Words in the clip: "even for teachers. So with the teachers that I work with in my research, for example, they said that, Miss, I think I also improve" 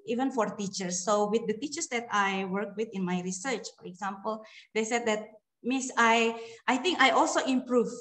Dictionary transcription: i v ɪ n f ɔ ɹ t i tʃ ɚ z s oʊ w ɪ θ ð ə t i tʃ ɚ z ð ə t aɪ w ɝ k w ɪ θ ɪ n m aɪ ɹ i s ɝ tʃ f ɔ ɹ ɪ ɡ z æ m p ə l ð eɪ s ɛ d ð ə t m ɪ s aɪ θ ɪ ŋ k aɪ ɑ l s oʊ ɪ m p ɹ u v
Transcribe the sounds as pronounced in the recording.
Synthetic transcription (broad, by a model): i v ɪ n f ɔ ɹ t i tʃ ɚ s oʊ w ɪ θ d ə t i tʃ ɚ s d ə t aɪ w ɝ k w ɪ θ ɪ n m aɪ ɹ i s ɝ tʃ f ɔ ɹ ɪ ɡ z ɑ m p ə l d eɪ s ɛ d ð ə t m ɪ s aɪ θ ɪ ŋ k aɪ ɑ l s oʊ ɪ m p ɹ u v